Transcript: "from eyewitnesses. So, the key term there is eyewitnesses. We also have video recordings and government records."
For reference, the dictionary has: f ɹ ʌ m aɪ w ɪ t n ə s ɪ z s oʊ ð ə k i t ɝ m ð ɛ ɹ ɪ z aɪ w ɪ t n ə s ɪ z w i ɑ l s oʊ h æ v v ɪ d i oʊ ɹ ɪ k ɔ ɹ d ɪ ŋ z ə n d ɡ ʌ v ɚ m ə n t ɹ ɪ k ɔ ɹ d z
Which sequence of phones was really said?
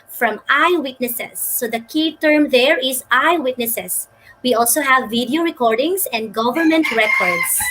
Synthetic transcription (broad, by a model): f ɹ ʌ m aɪ w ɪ t n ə s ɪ s oʊ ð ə k i t ɝ m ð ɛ ɹ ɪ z aɪ w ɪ t n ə s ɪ s w i ɑ l s oʊ h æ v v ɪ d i oʊ ɹ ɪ k ɔ ɹ d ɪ ŋ s ə n d ɡ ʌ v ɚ m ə n t ɹ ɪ k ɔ ɹ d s